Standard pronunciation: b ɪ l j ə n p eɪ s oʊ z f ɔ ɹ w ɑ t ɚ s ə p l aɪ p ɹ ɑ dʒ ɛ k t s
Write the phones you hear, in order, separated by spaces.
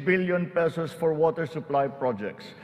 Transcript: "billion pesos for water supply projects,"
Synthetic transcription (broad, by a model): b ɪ l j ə n p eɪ s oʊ s f ɔ ɹ w ɑ t ɚ s ə p l aɪ p ɹ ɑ dʒ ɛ k t s